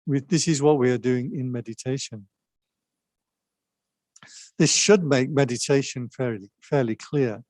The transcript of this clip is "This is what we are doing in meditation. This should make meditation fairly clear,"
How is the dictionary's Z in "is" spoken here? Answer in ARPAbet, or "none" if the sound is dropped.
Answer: Z